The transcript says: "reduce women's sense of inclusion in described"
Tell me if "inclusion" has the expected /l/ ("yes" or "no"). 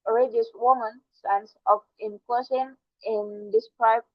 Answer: no